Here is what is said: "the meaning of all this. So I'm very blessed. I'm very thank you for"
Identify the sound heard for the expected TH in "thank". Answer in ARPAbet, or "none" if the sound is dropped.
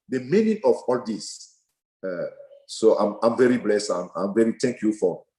T